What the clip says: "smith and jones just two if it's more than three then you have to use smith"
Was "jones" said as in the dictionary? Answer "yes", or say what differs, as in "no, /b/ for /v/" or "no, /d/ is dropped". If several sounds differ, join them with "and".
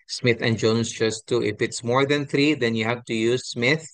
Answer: no, /s/ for /z/